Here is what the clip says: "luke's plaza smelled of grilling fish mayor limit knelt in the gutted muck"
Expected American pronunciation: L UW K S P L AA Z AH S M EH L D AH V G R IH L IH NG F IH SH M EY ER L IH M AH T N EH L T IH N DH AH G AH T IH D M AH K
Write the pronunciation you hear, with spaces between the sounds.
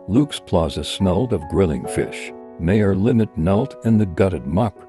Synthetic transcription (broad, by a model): L UW K S P L AA Z AH S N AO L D AH V G R IH L IH NG F IH SH M EY ER L IH M AH T N EH L T IH N DH AH G AH T IH D M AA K